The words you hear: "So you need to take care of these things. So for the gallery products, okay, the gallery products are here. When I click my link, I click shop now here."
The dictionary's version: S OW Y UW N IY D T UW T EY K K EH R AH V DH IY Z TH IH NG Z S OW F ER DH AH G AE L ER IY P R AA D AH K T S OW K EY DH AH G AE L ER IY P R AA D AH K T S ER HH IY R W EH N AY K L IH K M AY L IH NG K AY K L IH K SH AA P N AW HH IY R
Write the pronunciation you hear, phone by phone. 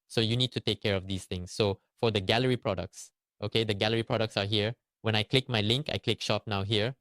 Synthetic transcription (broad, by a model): S OW Y UW N IY D T UW T EY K K EH R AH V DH IY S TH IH NG S OW F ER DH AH G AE L ER IY P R AA D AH K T S OW K EY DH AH G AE L ER IY P R AA D AH K T S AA HH IY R W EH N AY K L IH K M AY L IH NG K AY K L IH K SH AA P N AW HH IY R